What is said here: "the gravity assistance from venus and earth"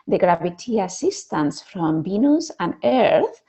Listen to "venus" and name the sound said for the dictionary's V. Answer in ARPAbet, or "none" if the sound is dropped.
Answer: B